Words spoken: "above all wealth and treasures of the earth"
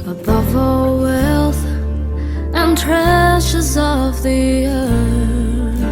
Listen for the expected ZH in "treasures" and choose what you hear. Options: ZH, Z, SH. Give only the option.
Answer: SH